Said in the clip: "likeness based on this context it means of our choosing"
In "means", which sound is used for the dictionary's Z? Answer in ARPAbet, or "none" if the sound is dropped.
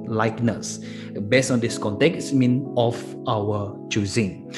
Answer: none